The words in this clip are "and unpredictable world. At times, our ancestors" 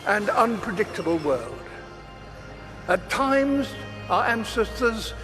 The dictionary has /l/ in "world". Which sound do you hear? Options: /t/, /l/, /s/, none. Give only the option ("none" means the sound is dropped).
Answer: /l/